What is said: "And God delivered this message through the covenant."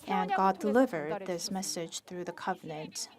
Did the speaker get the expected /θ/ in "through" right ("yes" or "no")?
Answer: yes